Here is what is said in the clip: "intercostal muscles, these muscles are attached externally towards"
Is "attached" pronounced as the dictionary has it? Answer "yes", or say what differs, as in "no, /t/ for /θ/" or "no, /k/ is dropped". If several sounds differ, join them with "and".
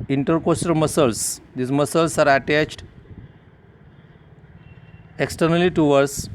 yes